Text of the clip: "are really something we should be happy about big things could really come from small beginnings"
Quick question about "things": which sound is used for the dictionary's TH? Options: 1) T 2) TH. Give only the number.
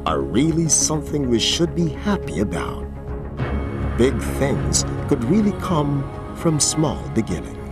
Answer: 2